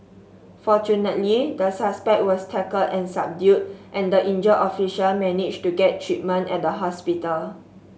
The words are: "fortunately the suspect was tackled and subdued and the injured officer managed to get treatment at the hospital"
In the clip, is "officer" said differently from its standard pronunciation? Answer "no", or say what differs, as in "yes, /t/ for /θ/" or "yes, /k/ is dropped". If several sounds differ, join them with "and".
yes, /ʃ/ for /s/